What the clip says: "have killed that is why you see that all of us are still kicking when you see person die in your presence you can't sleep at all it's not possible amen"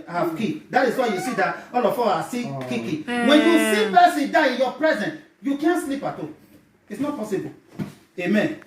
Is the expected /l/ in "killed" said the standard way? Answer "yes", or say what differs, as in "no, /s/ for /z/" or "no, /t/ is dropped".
no, /l/ is dropped